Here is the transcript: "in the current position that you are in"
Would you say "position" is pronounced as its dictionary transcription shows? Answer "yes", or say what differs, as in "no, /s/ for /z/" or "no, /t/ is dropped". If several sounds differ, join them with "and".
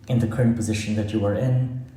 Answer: yes